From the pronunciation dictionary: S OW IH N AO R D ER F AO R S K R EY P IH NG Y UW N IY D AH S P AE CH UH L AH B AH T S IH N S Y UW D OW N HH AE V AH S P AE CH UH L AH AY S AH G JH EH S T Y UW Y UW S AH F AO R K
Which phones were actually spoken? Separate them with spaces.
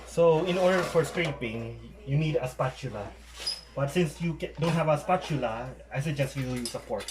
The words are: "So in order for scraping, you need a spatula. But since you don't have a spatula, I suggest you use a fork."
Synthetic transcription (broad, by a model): S OW IH N AO R D ER F AO R S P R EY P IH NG Y UW N IY D AH S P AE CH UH L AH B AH T S IH N S Y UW D OW N HH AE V AH S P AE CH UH L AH AY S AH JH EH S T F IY Y UW S AH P AO R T